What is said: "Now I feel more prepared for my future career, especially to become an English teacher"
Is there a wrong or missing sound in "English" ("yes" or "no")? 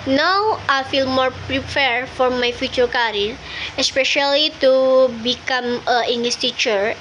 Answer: yes